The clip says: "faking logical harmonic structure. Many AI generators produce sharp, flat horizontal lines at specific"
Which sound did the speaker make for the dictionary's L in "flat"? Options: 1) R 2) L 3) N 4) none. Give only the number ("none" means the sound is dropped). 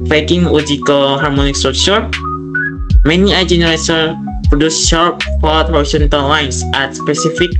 4